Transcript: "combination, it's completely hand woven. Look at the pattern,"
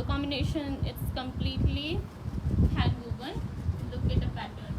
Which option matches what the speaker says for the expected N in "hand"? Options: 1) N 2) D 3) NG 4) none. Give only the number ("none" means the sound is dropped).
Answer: 4